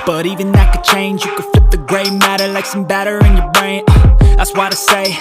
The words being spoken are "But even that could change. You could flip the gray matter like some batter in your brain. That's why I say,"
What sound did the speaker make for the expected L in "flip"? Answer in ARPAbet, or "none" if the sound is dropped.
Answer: none